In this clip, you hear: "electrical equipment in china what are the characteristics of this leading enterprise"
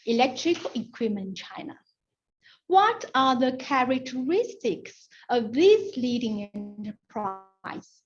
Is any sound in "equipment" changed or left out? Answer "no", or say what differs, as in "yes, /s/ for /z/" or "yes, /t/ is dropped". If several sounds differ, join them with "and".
yes, /p/ is dropped